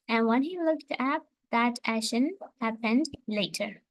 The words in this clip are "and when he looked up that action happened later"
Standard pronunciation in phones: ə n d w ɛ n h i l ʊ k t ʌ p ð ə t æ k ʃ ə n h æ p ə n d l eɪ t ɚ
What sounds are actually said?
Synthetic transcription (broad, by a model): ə n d w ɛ n h i l ʊ k t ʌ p ð ə t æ ʃ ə n h æ p ə n d l eɪ t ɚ